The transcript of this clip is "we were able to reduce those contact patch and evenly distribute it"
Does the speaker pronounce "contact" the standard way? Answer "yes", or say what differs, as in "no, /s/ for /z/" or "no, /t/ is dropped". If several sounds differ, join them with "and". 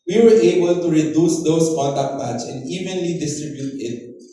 no, /n/ is dropped